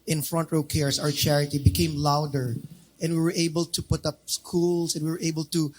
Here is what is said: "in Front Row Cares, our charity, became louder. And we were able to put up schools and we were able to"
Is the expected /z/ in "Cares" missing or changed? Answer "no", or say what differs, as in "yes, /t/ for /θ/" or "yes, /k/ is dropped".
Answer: yes, /s/ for /z/